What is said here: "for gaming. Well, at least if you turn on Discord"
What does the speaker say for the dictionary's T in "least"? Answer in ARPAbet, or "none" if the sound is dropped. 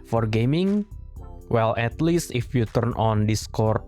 T